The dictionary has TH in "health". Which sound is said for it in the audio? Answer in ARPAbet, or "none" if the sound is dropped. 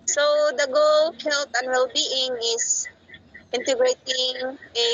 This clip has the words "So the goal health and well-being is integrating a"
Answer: T